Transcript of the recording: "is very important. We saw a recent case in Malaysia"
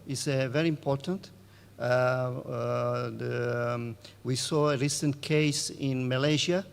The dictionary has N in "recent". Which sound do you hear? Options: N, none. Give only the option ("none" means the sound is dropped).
N